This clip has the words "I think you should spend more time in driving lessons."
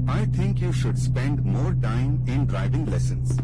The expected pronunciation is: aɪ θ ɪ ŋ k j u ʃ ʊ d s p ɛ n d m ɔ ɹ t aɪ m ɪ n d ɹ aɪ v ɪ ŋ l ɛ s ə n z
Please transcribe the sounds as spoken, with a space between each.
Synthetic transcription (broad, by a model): aɪ t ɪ ŋ k j u ʃ ʊ d s p ɛ n d m ɔ ɹ t aɪ m ɪ n d ɹ aɪ v ɪ ŋ l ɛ s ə n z